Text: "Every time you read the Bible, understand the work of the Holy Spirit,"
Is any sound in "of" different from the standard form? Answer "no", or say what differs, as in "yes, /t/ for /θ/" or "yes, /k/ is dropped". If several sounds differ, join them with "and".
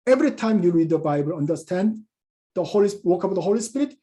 yes, /w/ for /v/